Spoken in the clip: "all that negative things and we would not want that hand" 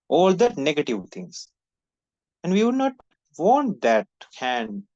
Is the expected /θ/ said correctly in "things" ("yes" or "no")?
no